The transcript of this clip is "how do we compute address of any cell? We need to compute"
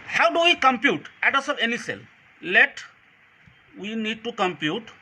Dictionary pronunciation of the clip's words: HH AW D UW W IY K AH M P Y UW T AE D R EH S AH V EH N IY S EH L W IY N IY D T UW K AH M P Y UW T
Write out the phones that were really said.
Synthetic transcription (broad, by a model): HH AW D UW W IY K AH M P Y UW T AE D AH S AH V EH N IY S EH L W IY N IY D T UW K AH M P Y UW T